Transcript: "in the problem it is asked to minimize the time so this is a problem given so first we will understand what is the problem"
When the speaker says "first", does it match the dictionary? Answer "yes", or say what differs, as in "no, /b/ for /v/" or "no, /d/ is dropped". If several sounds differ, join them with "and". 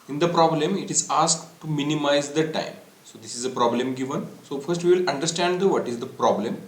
yes